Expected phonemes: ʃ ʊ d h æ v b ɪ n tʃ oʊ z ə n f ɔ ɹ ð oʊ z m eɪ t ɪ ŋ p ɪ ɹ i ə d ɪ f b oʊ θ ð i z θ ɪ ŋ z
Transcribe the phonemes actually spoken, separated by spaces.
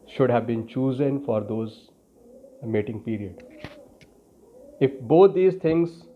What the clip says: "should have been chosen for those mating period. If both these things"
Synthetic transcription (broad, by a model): ʃ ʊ d h æ v b ɪ n tʃ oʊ z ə n f ɔ ɹ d oʊ z m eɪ t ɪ ŋ p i ɹ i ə d ɪ f b oʊ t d i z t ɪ ŋ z